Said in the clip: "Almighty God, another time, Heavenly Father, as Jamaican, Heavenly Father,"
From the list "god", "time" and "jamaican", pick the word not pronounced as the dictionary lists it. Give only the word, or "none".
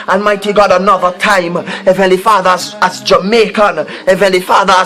none